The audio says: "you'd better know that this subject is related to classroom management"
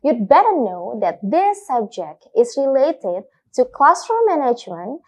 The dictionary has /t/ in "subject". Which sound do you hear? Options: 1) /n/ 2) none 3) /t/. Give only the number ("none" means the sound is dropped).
3